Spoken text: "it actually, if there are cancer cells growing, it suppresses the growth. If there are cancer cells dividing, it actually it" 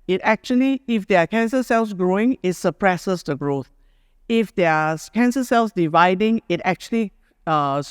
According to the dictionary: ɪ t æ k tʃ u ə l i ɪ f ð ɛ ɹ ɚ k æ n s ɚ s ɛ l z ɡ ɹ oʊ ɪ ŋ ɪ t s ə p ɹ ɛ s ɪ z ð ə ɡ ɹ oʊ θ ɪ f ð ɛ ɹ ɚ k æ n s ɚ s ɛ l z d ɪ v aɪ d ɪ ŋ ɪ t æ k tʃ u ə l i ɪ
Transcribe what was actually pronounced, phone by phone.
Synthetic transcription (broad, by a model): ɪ t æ k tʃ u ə l i ɪ f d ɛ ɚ k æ n s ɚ s ɛ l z ɡ ɹ oʊ ɪ ŋ ɪ t s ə p ɹ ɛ s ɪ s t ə ɡ ɹ oʊ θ ɪ f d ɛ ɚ k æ n s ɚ s ɛ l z d ɪ v aɪ d ɪ ŋ ɪ t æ k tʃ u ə l i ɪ